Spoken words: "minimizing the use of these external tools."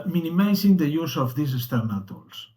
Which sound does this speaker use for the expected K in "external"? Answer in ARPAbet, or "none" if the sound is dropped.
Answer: none